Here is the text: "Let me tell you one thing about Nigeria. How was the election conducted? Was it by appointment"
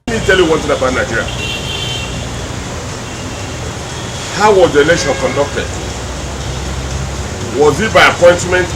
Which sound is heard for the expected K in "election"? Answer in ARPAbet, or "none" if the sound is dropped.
none